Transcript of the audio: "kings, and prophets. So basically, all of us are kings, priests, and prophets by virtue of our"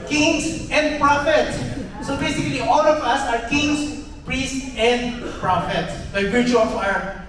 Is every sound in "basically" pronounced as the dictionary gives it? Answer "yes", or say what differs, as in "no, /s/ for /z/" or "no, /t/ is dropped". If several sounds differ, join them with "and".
yes